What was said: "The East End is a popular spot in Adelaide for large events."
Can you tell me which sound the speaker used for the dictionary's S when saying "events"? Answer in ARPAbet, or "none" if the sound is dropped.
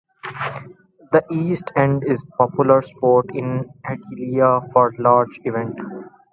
none